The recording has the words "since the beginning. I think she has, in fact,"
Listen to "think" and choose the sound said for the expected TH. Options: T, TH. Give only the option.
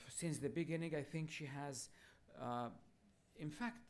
TH